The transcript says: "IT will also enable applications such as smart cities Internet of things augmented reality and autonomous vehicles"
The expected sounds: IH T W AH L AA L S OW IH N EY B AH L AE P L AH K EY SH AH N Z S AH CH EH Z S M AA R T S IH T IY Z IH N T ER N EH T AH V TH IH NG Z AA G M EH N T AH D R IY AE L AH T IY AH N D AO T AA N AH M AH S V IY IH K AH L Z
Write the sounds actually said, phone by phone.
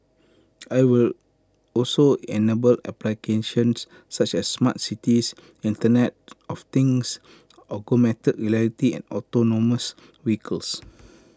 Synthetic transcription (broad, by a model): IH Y W AH L AA L S OW IH N EY B AH L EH P L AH K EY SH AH N S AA CH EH S M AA T S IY T IY S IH N T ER N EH T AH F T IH NG S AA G M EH T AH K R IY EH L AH T IY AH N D AO T AA N AH M AH S W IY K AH L S